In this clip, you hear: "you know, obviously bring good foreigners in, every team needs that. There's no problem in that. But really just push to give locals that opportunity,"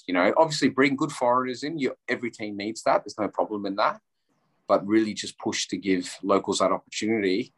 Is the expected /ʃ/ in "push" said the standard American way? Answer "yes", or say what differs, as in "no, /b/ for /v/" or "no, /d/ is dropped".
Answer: yes